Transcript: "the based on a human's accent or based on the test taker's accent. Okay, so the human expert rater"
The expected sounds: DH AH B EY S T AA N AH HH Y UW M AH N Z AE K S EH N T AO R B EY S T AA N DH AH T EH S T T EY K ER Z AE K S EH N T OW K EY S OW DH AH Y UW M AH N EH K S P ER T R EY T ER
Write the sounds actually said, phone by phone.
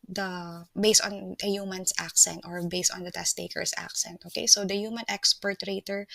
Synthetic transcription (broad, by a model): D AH B EY S T AA N AH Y UW M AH N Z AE K S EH N T AO R B EY S T AA N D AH T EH S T T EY K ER S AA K S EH N T OW K EY S OW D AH Y UW M AH N EH K S P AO T R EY T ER